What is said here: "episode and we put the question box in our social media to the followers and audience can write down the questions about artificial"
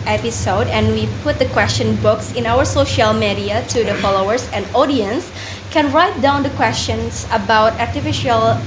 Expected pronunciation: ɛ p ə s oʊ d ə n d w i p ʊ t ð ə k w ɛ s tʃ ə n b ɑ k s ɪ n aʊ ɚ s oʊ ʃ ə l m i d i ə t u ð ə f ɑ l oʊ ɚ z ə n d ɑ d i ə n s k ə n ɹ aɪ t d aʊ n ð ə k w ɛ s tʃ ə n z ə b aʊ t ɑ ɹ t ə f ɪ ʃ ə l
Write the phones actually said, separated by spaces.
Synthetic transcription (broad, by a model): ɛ p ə s oʊ d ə n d w i p ʊ t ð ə k w ɛ s tʃ ə n b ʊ k s ɪ n aʊ ɚ s oʊ ʃ ə l m i d i ə t u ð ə f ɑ l oʊ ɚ s ə n d ɑ d i ə n s k ə n ɹ aɪ t d aʊ n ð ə k w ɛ s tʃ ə n s ə b aʊ t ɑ ɹ t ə f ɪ ʃ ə l